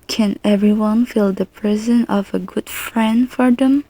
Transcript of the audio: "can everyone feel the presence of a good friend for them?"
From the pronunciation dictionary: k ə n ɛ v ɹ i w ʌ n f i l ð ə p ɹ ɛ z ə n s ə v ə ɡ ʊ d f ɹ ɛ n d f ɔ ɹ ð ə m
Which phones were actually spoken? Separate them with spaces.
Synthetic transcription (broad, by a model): k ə n ɛ v ɹ i w ʌ n f i l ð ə p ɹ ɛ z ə n ə v ə ɡ ʊ d f ɹ ɛ n d f ɔ ɹ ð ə m